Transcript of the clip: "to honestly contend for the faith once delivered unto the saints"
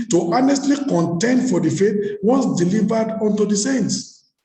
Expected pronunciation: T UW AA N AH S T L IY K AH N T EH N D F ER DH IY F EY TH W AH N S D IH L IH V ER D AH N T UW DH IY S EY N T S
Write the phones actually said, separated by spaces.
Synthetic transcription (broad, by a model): T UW AA N AH S T L IY K AH N T EH N D F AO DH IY F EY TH W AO S D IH L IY V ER D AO N T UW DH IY S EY N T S